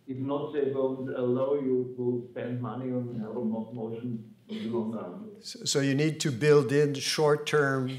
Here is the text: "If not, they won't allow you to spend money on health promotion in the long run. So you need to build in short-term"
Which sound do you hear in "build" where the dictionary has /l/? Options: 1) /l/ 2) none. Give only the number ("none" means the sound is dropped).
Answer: 1